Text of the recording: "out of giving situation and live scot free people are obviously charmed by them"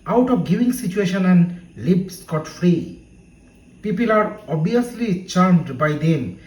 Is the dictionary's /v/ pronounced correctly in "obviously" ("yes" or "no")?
no